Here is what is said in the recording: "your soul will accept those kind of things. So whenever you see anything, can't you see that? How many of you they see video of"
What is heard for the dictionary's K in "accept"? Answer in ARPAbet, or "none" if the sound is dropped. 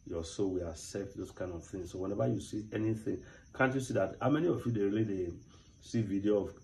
none